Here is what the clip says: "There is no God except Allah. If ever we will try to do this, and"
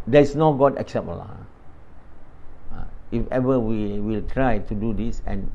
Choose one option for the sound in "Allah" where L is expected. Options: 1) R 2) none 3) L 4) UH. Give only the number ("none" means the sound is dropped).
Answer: 2